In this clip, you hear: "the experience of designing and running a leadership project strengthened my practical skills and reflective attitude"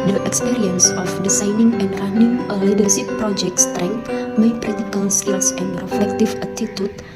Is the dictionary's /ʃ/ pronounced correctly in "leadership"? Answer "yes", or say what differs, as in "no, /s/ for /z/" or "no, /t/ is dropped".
no, /s/ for /ʃ/